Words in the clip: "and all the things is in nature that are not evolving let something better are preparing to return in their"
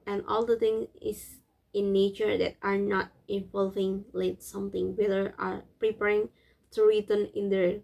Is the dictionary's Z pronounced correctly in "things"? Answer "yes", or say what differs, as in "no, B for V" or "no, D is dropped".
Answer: no, Z is dropped